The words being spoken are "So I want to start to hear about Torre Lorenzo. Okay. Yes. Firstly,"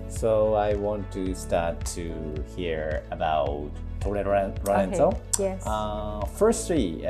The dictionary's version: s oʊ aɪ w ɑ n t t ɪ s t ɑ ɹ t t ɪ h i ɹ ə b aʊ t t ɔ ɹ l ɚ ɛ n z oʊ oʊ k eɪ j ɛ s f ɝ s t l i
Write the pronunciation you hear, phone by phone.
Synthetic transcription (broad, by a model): s oʊ aɪ w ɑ n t t ɪ s t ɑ ɹ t t ɪ h i ɹ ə b aʊ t t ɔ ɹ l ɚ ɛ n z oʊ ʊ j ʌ f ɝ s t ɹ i